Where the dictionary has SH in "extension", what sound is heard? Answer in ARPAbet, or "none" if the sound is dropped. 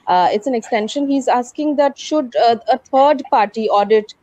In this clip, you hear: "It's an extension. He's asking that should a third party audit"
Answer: SH